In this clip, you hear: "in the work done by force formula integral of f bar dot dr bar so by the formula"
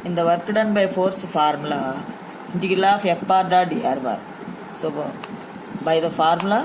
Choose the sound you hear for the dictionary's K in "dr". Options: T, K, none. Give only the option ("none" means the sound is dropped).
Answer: none